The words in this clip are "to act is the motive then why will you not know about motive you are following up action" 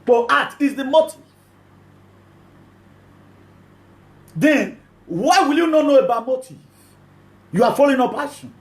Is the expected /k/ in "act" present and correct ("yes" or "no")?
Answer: no